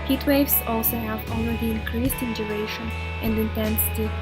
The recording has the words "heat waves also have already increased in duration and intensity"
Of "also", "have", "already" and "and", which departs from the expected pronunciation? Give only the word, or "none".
already